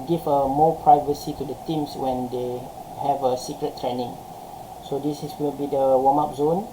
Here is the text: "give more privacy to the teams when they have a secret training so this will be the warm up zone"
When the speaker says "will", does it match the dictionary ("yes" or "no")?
no